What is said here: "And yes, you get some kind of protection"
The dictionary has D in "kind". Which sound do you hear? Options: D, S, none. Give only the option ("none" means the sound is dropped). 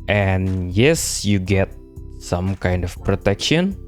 D